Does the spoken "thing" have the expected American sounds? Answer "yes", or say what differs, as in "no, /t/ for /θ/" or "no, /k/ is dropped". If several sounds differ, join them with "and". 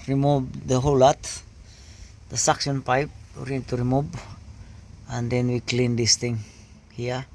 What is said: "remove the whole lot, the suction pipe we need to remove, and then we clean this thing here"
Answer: no, /t/ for /θ/